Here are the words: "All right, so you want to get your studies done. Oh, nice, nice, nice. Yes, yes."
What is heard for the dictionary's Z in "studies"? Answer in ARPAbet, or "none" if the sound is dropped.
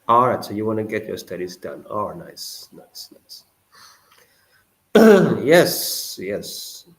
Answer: Z